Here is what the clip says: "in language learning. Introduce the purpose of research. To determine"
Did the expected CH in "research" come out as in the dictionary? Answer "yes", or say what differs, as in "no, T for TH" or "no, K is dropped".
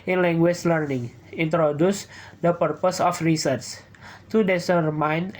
no, S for CH